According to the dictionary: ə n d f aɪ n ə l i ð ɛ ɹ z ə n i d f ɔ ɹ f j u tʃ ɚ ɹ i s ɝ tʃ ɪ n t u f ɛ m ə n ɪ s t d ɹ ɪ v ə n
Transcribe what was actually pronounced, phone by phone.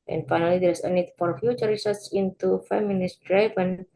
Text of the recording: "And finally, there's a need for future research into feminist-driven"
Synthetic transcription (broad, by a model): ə n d f aɪ n ə l i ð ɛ ɹ s ə n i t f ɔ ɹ f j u tʃ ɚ ɹ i s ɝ s ɪ n t u f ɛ m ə n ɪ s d ɹ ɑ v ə n